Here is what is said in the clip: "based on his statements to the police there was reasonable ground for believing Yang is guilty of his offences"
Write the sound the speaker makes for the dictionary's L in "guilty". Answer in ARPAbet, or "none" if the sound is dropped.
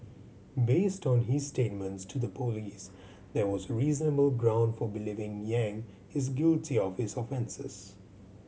L